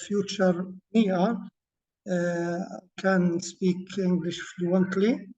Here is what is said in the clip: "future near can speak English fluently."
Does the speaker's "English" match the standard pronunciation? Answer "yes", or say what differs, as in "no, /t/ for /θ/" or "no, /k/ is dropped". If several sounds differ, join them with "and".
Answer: yes